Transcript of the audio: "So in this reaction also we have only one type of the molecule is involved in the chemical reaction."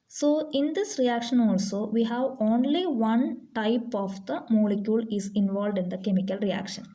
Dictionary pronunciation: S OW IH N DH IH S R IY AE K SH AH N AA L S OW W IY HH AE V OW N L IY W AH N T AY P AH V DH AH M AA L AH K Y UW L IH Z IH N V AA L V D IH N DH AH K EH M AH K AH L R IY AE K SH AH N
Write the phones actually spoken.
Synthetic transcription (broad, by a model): S OW IH N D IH S R IY AE K SH AH N AA L S OW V IY HH AE V OW N L IY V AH N T AY P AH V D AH M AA L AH K Y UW L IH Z IH N V AA L V D IH N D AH K EH M AH K AH L R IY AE K SH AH N